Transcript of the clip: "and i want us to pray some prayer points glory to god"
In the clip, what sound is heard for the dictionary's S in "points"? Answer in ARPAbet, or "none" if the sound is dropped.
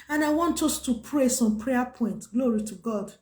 none